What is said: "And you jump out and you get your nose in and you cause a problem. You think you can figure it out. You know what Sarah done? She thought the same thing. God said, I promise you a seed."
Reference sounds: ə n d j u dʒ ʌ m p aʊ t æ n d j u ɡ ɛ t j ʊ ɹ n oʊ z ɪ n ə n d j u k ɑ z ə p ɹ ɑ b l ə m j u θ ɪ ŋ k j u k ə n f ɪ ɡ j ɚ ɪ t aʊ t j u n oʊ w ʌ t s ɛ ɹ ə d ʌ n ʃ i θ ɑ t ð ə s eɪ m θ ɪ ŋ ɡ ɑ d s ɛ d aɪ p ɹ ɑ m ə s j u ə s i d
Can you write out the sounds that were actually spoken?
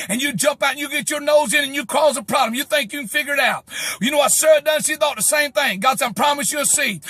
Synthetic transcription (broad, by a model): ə n j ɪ dʒ ʌ m p aʊ t n j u ɡ ɛ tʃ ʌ ɹ n oʊ z ɪ n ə n j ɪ k ɑ z ə p ɹ ɑ b l ə m j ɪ θ ɪ ŋ k j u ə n f ɪ ɡ j ɚ ɪ t aʊ t j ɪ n oʊ w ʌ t s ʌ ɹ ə d ʌ n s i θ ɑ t ð ə s eɪ m θ ɪ ŋ ɡ ɑ d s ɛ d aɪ p ɹ ɑ m ə s j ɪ ə s i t